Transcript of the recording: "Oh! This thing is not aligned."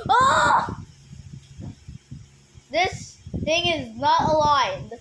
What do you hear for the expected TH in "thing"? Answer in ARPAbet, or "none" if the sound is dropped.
TH